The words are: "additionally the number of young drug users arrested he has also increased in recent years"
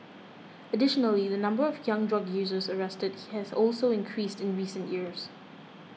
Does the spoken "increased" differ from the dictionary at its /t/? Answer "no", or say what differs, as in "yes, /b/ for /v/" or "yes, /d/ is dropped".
no